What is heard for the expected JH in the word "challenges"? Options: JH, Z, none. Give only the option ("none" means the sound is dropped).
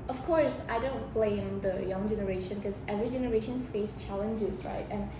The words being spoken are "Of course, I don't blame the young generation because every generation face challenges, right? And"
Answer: JH